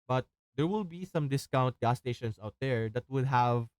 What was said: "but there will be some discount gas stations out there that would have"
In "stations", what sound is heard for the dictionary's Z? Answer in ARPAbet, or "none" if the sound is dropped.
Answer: S